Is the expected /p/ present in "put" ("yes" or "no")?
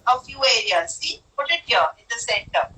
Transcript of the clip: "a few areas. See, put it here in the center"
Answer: yes